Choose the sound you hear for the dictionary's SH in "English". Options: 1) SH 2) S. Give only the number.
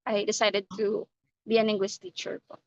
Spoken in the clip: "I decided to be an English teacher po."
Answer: 2